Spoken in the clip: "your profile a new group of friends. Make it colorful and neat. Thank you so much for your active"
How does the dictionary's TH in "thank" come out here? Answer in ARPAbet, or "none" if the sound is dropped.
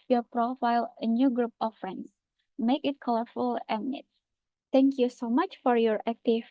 T